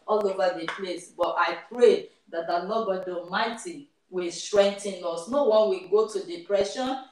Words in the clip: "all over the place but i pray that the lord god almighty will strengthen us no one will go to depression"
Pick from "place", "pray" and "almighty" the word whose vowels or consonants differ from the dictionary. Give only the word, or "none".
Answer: almighty